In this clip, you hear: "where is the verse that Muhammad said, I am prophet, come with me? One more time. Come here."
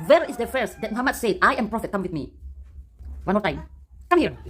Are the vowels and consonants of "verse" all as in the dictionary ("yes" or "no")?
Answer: no